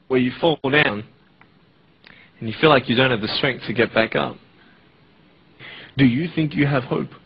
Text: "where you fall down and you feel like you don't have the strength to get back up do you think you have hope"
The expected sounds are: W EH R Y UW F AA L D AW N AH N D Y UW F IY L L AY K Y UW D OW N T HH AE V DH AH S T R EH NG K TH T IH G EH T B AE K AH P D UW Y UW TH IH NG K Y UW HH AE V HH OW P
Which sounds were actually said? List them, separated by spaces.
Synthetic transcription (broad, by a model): W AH R Y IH F AA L D AW N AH N Y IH F IY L L AY K Y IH D OW N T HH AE V DH AH S T R EH NG K TH T IH G EH T B AE K AH P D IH Y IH TH IH NG K Y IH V HH OW P